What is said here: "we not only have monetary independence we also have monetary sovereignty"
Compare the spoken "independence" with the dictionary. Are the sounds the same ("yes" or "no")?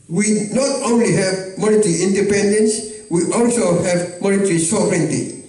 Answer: yes